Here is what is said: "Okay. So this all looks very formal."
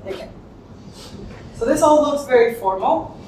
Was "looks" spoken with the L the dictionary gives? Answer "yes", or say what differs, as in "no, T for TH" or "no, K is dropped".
no, N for L